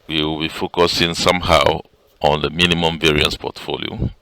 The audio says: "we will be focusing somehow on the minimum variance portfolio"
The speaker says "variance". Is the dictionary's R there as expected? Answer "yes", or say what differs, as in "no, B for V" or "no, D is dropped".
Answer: yes